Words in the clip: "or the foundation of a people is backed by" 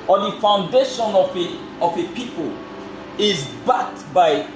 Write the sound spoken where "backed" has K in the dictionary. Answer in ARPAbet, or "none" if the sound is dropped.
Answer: none